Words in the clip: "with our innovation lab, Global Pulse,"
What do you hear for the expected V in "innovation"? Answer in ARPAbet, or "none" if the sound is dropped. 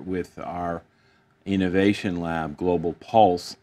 V